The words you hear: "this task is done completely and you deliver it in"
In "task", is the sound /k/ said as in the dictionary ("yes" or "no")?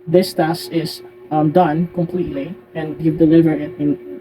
no